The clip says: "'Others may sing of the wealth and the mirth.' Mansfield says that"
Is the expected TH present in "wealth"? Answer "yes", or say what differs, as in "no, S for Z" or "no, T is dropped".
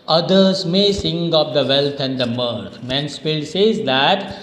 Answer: no, T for TH